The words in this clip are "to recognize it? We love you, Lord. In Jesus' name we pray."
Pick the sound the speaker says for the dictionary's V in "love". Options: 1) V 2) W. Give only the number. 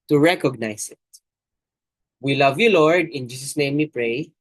1